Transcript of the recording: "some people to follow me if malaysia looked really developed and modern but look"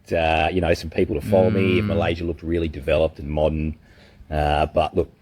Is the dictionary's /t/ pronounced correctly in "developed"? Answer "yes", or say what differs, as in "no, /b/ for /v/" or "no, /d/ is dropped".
yes